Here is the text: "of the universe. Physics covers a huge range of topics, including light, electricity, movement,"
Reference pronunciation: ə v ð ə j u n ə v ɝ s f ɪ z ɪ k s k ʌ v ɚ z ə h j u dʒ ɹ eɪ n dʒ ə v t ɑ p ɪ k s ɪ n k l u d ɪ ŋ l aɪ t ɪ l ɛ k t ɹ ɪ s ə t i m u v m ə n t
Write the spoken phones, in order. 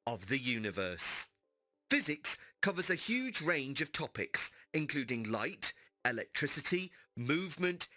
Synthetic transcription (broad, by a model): ə v ð ə j u n ə v ɝ s f ɪ z ɪ k s k ʌ v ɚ z ə h j u dʒ ɹ eɪ n dʒ ə v t ɑ p ɪ k s ɪ n k l u d ɪ ŋ l aɪ t ɪ l ɛ k t ɹ ɪ s ə t i m u v m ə n t